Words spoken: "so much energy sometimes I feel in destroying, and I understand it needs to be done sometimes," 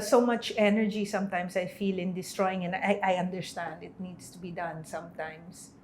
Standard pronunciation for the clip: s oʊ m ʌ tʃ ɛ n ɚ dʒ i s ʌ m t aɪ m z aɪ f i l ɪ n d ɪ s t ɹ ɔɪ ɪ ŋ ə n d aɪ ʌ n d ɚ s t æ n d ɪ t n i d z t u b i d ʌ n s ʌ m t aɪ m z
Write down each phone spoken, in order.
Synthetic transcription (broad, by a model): s oʊ m ʌ tʃ ɛ n ɚ dʒ i s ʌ m t aɪ m s aɪ f i l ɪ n d ɪ s t ɹ ɔɪ ɪ ŋ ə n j aɪ ʌ n d ɚ s t æ n d ɪ t n i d s t u b i d ʌ n s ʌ m t aɪ m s